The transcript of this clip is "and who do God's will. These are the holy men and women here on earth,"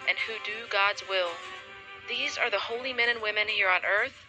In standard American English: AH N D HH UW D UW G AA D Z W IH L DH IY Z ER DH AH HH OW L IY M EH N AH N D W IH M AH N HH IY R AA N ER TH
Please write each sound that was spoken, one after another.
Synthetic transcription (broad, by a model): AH N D HH UW D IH G AA D Z W IH L DH IY Z ER DH AH HH OW L IY M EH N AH N W IH M AH N HH IY R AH N ER TH